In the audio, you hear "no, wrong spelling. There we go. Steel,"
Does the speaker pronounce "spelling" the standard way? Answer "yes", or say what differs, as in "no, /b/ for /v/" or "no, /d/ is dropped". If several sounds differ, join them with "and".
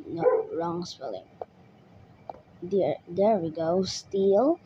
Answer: no, /f/ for /p/